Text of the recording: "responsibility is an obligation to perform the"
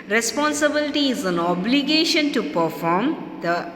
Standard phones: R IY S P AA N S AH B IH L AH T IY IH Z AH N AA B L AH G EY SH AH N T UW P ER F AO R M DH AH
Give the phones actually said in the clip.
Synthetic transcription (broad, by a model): R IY S P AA N S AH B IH L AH T IY IH Z AH N AA B L AH G EY SH AH N T UW P ER F AO R M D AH